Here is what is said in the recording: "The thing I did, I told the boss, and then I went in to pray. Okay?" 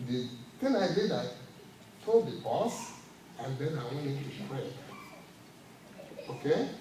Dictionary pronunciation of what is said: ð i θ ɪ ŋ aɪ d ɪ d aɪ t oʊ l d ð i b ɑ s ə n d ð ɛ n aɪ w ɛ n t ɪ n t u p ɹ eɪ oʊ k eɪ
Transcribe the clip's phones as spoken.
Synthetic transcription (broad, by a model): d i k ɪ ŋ aɪ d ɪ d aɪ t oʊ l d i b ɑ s ə n d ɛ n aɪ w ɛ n ɪ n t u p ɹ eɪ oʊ k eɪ